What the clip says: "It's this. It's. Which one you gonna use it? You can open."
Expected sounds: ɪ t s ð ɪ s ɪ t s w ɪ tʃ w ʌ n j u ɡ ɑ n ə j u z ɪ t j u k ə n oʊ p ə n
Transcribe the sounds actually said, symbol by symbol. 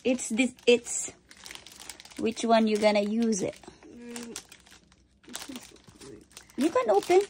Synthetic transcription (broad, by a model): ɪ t s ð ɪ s ɪ t s w ɪ tʃ w ʌ n j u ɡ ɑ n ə j u z ɪ t j u k ə n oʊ p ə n